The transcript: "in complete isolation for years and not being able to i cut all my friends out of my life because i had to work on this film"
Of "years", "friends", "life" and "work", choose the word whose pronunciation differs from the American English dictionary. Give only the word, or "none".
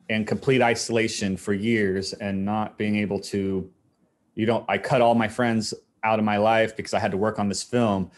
none